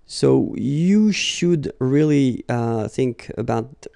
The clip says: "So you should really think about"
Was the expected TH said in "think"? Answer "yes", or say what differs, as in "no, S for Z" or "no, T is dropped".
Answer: yes